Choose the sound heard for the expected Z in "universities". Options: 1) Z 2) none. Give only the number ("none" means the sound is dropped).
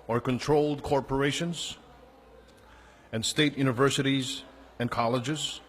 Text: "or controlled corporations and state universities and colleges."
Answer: 1